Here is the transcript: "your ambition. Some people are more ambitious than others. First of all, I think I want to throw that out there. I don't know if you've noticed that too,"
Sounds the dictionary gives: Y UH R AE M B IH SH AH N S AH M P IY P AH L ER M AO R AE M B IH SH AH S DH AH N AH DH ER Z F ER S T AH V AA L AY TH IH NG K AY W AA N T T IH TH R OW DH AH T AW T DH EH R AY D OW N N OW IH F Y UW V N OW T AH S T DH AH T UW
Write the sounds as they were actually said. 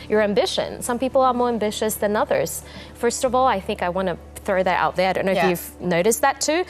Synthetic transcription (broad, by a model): Y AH R AE M B IH SH AH N S AH M P IY P L ER M AO R AE M B IH SH AH S DH AH N AH DH ER Z F ER S T AH V AA L AY TH IH NG K AY W AA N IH TH R OW DH AH T AW T DH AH R AY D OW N N OW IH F Y UW V N OW T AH S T DH AH T UW